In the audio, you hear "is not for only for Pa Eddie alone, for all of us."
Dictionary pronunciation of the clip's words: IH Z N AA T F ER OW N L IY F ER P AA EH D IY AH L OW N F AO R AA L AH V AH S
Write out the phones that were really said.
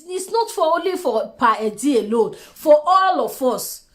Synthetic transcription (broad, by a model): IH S N AA T F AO OW N L IY F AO P AA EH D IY AH L OW N F AO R AA L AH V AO S